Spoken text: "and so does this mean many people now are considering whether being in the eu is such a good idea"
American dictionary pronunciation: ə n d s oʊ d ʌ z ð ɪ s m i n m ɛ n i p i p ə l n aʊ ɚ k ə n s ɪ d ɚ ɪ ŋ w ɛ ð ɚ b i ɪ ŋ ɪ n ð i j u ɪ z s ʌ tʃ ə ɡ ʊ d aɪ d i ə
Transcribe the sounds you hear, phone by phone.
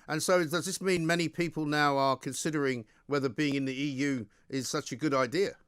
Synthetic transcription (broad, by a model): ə n s oʊ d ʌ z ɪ s m i n m ɛ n i p i p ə l n aʊ ɚ k ə n s ɪ d ɚ ɪ ŋ w ɛ ð ɚ b i ɪ ŋ ɪ n ð i j u ɪ z s ʌ tʃ ə ɡ ʊ d aɪ d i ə